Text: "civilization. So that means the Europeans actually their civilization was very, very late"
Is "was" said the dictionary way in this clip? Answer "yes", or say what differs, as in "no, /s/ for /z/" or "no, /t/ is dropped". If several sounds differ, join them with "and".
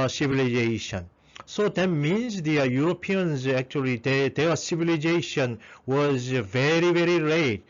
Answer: yes